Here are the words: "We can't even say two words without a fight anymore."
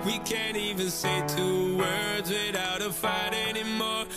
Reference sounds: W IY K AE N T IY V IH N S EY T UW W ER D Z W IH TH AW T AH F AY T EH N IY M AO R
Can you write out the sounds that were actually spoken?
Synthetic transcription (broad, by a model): W IY K AE N T IY V IH N S EY T UW W ER D Z W IH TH AW T AH F AY T EH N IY M AO R